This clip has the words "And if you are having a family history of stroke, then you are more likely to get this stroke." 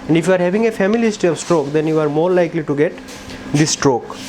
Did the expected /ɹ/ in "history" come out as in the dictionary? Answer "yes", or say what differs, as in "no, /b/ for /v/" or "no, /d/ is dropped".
no, /ɹ/ is dropped